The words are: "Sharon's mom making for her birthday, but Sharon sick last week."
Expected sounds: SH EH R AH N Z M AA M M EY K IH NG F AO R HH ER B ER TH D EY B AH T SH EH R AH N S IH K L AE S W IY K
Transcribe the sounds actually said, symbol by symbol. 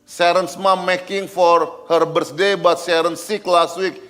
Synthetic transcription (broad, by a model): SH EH R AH N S M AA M M EY K IH NG F AO R HH ER B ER S D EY B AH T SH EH R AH N S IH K L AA S W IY K